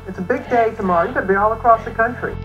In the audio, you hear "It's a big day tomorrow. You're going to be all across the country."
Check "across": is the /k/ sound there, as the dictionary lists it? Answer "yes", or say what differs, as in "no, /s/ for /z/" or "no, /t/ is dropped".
yes